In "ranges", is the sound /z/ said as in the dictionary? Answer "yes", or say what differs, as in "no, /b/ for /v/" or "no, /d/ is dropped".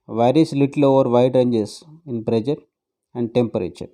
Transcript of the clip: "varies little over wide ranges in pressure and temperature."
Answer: no, /s/ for /z/